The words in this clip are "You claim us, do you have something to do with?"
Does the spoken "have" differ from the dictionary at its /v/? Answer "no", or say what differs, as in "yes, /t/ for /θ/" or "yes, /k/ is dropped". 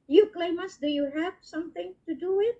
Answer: yes, /p/ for /v/